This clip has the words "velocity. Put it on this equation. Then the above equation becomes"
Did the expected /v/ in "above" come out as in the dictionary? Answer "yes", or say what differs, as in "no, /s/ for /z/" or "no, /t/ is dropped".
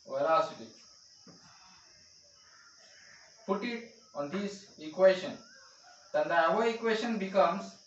no, /v/ is dropped